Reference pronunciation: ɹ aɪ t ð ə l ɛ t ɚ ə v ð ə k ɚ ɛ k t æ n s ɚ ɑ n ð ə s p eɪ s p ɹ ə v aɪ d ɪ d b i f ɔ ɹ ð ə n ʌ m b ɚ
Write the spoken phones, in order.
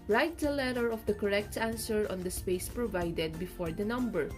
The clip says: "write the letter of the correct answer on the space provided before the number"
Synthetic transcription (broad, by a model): ɹ aɪ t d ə l ɛ t ɚ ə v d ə k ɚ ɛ k t æ n s ɚ ɑ n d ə s p eɪ s p ɹ ə v aɪ d ɪ d b i f ɔ ɹ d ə n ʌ m b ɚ